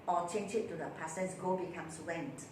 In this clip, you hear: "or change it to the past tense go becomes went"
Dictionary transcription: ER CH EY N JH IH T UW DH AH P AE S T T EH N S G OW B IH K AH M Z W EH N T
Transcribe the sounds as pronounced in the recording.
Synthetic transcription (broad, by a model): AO CH EY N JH IH T UW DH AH P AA S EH S G OW B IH K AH M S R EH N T